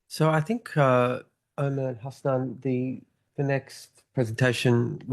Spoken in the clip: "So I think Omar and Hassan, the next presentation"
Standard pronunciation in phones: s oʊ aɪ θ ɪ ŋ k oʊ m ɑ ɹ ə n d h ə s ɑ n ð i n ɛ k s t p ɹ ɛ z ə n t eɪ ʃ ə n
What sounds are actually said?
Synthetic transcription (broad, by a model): s oʊ aɪ θ ɪ ŋ k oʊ ɑ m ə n h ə s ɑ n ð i n ɛ k s t p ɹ ɛ z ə n t eɪ ʃ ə n